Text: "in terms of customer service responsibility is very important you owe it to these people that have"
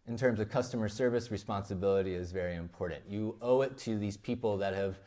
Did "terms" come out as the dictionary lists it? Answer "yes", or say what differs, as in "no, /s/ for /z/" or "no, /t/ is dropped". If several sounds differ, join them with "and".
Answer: yes